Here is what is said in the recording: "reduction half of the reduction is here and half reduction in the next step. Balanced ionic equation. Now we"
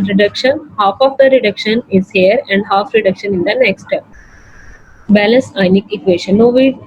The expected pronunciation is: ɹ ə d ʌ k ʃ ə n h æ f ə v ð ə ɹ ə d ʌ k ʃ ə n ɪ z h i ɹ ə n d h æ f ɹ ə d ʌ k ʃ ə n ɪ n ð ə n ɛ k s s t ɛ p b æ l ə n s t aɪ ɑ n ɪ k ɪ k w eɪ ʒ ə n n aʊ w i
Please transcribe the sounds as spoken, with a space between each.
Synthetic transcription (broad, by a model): ɹ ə d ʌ k ʃ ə n h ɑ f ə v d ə ɹ ə d ʌ k ʃ ə n ɪ z h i ɹ ə n d h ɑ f ɹ ə d ʌ k ʃ ə n ɪ n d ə n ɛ k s s t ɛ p b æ l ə n s aɪ n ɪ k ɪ k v eɪ ʃ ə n n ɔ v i